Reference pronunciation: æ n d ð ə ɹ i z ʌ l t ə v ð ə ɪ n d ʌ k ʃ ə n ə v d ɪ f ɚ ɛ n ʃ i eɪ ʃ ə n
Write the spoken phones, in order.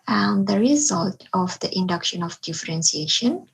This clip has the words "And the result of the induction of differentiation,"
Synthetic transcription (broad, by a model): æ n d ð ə ɹ i z ʌ l t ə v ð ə ɪ n d ʌ k ʃ ə n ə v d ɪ f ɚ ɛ n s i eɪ ʃ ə n